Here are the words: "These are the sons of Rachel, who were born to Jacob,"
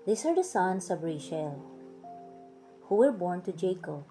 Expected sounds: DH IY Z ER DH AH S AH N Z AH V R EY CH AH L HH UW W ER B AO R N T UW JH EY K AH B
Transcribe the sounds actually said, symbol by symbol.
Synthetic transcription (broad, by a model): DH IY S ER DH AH S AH N S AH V R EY SH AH L HH UW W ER B AO R N T UW JH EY K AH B